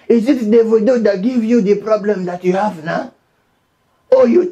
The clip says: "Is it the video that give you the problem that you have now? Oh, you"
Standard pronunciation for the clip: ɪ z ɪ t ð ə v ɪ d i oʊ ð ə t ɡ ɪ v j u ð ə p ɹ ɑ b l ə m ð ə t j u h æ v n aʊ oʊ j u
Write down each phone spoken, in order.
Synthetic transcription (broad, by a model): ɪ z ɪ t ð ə w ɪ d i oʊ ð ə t ɡ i v j u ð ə p ɹ ɑ b l ə m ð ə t j u h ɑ v n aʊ oʊ j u